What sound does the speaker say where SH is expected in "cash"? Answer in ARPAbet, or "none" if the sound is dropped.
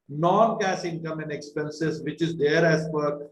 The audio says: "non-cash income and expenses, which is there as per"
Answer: S